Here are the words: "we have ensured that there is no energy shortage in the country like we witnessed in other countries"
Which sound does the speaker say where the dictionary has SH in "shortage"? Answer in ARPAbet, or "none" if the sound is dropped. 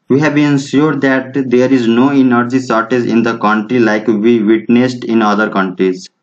S